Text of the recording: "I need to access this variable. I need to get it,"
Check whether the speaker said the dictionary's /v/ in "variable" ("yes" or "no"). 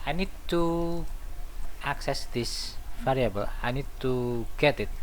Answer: no